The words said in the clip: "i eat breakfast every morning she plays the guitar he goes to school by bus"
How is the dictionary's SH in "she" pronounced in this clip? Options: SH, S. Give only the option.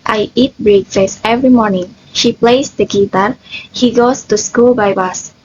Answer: SH